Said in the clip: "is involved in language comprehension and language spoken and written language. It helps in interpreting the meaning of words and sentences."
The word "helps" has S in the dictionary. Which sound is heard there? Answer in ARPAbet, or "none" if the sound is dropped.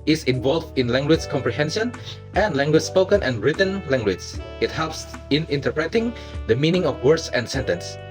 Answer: S